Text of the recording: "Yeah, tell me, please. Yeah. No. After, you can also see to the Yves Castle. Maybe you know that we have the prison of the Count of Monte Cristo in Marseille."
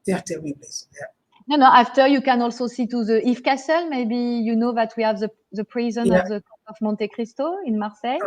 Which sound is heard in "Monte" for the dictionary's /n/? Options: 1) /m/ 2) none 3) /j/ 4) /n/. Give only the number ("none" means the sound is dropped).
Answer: 4